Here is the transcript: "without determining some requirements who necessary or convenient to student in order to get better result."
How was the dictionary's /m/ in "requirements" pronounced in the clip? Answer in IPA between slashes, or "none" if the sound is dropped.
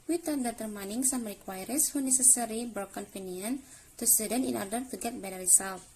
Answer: none